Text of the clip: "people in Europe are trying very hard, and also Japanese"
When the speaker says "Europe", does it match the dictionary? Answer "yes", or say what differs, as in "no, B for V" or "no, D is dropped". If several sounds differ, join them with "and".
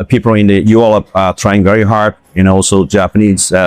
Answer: no, L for R